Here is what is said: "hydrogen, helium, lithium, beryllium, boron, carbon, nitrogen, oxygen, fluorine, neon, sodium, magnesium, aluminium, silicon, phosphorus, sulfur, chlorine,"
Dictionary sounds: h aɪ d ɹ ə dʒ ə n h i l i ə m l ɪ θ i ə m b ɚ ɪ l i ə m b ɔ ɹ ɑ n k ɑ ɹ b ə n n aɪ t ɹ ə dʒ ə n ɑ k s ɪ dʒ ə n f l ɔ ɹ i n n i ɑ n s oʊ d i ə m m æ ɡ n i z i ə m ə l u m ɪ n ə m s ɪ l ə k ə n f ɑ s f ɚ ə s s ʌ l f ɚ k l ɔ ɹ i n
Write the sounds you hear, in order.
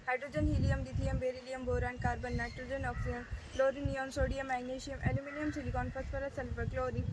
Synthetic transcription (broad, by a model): h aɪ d ɹ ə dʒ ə n h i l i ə m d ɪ t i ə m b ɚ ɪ l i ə m b ɔ ɹ ɑ n k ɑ ɹ b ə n n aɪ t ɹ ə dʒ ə n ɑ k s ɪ ə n l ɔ ɹ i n n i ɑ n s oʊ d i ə m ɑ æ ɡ n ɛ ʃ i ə m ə l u m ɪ n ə m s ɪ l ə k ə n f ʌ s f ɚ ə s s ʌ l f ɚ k l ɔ ɹ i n